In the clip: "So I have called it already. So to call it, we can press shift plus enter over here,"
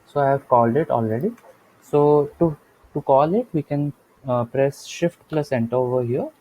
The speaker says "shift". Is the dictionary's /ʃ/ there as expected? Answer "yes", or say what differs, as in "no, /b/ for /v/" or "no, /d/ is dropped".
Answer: yes